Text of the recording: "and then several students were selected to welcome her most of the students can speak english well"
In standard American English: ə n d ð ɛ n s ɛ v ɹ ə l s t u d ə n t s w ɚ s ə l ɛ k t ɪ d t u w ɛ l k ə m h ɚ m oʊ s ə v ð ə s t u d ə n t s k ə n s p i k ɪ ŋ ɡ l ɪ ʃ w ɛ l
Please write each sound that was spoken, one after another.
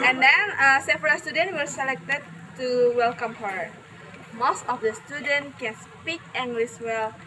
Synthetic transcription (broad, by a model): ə n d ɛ n s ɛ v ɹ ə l s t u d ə n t w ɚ s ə l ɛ k t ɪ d t u w ɛ l k ə m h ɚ m oʊ s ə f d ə s t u d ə n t k ə n s p i k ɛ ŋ ɡ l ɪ s w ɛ l